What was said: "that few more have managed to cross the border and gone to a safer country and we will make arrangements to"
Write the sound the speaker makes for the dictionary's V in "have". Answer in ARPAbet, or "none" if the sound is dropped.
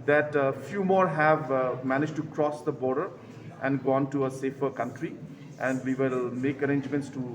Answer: V